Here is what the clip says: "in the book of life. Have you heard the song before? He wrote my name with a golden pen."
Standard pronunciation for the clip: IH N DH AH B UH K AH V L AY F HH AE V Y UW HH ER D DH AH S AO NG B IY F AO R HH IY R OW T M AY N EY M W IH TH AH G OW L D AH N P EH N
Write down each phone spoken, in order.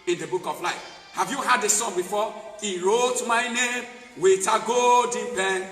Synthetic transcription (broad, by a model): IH N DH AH B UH K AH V L AY F HH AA V Y UW HH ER D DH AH S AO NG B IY F AO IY R OW T M AY N EY M W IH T AH G OW D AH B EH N